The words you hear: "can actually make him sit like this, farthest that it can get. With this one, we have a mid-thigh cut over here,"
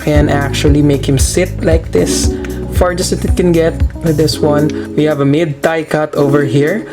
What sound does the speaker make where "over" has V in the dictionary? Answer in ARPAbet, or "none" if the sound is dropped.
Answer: V